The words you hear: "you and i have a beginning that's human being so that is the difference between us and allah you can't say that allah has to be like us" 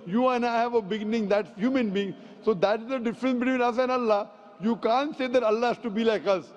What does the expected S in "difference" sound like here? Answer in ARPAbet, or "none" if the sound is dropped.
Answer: S